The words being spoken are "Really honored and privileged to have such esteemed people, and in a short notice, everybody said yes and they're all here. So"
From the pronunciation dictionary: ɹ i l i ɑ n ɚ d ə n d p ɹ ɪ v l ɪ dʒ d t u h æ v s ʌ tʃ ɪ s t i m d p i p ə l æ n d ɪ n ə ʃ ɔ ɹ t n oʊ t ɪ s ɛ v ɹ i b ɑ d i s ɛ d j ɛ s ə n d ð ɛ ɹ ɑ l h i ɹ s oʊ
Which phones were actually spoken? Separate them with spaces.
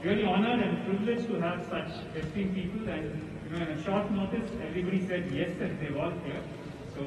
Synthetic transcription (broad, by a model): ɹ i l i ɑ n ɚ d ə n d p ɹ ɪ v l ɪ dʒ t u h æ v s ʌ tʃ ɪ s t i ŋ p i p ə l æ n d ɪ n ə ʃ ɔ ɹ t n oʊ t ɪ s ɛ v ɹ i b ɑ d i s ɛ d j ɛ s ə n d ɛ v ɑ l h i ɹ s oʊ